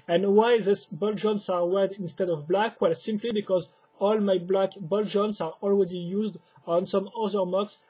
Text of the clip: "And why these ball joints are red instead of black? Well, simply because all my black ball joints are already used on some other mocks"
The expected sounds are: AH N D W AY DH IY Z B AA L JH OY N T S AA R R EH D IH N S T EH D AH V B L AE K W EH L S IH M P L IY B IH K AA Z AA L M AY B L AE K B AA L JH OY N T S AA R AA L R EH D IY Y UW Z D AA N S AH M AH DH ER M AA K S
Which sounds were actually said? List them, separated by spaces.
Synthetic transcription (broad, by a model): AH N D W AY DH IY S B AA L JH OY N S AA R W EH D IH N S T EH D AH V B L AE K W EH L S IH M P L IY B IH K AA Z AA L M AY B L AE K B AA L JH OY N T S AA R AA L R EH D IY Y UW Z D AA N S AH M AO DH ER M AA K S